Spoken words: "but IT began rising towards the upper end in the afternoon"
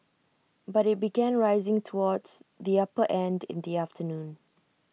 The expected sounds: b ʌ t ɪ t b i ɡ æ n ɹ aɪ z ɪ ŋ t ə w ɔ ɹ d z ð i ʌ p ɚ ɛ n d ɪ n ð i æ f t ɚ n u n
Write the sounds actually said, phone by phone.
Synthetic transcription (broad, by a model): b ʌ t ɪ t b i ɡ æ n ɹ aɪ z ɪ ŋ t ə w ɔ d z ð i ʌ p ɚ ɛ n d ɪ n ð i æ f t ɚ n u n